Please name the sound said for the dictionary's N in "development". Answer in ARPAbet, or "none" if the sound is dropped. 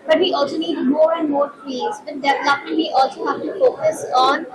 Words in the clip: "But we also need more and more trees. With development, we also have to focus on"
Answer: none